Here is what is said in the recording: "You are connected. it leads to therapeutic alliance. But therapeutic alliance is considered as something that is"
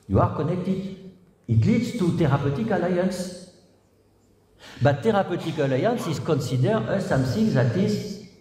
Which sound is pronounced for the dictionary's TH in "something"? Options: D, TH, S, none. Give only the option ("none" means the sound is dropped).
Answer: S